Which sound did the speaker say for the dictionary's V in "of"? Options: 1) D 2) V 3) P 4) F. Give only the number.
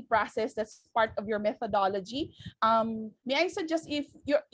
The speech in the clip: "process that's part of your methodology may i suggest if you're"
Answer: 2